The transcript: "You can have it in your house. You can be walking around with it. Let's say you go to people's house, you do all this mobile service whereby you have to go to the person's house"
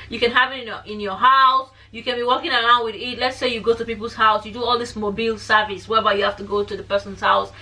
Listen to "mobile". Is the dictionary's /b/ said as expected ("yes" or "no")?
yes